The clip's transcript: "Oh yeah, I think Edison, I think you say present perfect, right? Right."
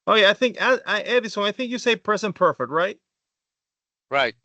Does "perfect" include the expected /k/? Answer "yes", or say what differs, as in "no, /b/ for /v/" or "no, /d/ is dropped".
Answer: yes